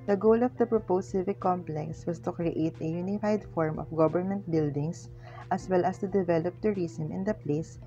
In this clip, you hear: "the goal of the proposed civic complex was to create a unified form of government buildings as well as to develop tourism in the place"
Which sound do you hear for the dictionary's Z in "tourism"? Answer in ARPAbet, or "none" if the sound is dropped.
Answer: S